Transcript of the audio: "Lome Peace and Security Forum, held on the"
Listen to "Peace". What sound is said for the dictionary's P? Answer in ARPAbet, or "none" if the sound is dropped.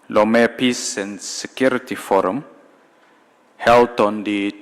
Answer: P